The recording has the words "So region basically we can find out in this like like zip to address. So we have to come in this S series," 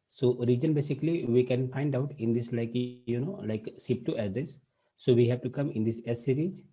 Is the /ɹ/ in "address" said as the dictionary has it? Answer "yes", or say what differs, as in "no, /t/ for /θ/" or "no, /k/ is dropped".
no, /ɹ/ is dropped